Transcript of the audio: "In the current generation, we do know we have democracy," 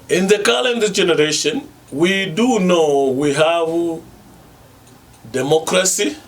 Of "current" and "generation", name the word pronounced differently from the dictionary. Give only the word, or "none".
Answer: current